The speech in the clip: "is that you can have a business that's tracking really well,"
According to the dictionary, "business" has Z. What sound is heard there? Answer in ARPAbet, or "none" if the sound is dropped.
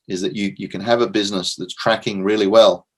Z